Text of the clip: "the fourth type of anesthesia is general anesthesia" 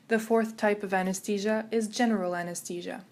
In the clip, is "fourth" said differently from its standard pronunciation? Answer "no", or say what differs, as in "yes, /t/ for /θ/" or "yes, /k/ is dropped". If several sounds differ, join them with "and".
no